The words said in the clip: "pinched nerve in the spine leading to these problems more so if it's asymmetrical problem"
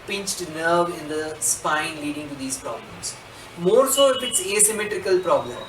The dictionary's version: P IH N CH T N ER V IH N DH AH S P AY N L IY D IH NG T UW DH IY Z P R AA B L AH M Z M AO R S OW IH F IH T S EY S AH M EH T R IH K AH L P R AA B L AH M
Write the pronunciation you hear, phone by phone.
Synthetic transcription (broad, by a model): P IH N CH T N ER V IH N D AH S P AY N L IY D IH NG T UW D IY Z P R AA B L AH M S M AO R S OW IH F IH T S EY S AH M EH T R IH K AH L P R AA B L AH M